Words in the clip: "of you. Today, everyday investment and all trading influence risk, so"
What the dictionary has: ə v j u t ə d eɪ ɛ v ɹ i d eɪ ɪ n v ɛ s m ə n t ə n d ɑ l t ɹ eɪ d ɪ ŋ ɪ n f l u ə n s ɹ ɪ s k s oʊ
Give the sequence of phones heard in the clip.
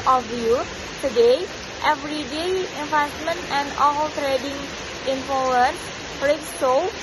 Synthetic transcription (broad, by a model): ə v j u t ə d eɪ ɛ v ɹ i d eɪ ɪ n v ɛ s m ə n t ə n d ɑ l t ɹ eɪ d ɪ ŋ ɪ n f u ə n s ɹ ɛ k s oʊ